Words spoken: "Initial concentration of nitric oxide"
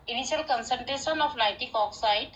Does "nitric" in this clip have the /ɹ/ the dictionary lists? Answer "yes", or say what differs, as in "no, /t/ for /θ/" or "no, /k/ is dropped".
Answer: no, /ɹ/ is dropped